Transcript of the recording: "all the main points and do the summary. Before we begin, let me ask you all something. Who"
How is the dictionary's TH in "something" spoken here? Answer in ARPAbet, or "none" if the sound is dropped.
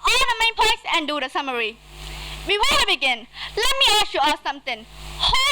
T